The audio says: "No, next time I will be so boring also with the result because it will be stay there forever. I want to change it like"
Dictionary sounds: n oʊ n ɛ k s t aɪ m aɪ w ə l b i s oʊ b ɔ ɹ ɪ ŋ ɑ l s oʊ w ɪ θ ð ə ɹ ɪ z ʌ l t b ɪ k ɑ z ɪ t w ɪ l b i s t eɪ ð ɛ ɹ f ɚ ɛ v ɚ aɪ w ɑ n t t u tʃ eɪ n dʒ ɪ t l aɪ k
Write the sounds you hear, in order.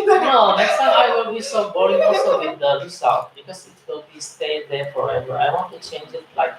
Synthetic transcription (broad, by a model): n oʊ n ɛ k s t aɪ m aɪ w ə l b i s oʊ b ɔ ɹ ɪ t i s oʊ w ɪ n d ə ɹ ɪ s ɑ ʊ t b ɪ k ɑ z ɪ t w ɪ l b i s t eɪ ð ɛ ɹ f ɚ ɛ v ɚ aɪ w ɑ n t t u tʃ eɪ n dʒ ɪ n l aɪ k